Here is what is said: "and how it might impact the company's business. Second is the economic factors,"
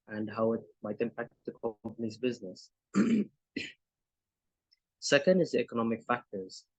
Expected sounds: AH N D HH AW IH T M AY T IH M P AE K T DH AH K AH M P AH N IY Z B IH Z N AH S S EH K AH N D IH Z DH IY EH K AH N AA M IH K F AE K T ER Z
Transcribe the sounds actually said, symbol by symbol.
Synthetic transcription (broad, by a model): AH N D HH AW IH T M AY T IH M P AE K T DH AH K AH M P AH N IY Z B IH Z N AH S S EH K AH N D IH Z DH IY EH K AH N AA M IH K F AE K T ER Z